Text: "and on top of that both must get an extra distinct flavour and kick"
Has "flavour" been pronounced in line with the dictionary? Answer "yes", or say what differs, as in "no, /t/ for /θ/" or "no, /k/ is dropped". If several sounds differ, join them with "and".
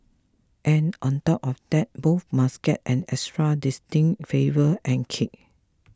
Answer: no, /l/ is dropped